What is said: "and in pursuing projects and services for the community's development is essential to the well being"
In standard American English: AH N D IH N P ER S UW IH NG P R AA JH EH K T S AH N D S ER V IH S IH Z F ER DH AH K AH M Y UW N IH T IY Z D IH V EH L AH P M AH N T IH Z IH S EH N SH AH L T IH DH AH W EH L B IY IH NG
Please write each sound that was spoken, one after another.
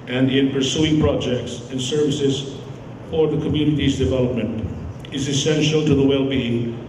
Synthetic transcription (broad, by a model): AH N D IH N P ER S UW IH NG P R AA JH EH K T S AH N S ER V IH S IH Z F ER DH AH K AH M Y UW N IH T IY Z D IH V EH L AH P M AH N T IH Z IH S EH N SH L T IH DH AH W EH L B IY IH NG